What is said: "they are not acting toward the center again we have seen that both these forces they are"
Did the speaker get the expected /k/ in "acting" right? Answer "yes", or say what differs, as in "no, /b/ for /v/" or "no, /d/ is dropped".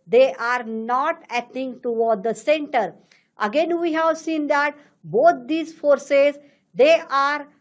no, /k/ is dropped